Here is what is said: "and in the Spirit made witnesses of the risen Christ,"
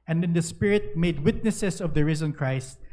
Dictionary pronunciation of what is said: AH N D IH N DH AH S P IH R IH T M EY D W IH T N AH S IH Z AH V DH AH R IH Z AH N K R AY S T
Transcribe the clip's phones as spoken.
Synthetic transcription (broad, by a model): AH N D IH N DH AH S P IH R IH T M EY D W IH T N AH S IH S AH V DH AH R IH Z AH N K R AY S T